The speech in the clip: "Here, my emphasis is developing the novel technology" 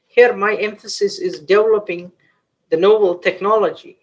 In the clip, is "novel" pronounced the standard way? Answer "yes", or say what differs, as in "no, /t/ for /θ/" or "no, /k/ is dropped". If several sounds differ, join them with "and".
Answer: no, /b/ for /v/